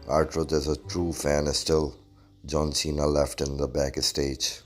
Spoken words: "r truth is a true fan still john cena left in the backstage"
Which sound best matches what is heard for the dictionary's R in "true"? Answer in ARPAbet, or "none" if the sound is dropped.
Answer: R